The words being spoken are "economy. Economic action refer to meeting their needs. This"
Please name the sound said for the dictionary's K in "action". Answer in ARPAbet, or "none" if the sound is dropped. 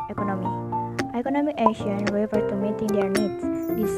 none